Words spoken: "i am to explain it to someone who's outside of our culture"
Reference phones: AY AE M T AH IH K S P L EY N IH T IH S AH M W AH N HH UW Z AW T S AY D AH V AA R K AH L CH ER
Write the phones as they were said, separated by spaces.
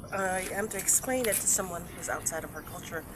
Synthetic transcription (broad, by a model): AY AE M T IH K S P L EY N IH T IH S AH M W AH N HH UW Z AW T S AY D AH V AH R K AH L CH ER